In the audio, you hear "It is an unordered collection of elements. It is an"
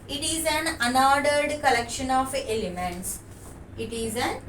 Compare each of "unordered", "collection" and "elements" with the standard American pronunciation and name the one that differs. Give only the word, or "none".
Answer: none